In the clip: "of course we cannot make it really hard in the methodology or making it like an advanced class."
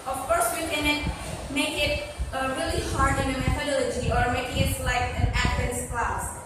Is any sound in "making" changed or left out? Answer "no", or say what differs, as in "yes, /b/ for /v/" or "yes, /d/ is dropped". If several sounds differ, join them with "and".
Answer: yes, /k/ is dropped